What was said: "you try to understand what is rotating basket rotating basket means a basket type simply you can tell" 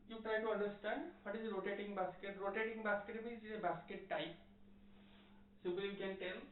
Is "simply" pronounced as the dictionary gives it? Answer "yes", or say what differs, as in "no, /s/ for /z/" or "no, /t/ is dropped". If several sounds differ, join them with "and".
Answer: no, /m/ is dropped